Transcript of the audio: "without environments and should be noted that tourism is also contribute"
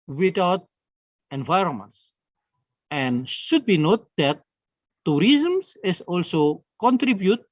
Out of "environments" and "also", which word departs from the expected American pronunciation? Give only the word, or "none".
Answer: none